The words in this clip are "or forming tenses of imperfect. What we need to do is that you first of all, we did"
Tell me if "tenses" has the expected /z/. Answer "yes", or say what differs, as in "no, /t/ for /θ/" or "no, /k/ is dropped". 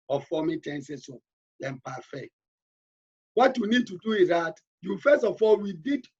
no, /s/ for /z/